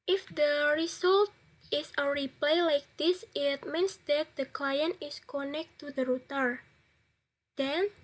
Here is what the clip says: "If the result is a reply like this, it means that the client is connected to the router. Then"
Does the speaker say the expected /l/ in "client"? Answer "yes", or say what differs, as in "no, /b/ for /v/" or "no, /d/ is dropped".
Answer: yes